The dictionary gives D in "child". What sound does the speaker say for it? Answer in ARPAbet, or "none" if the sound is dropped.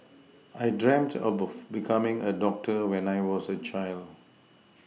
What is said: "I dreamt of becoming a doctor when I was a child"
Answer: D